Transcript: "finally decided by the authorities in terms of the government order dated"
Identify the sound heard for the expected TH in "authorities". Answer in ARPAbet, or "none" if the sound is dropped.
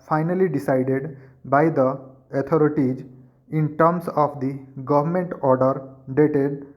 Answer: T